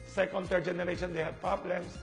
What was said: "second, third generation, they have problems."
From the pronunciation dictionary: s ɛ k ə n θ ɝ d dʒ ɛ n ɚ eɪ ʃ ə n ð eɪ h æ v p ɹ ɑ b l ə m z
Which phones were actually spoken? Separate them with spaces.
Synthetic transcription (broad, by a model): s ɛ k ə n t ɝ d dʒ ɛ n ɚ eɪ ʃ ə n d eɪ h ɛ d p ɹ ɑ b l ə m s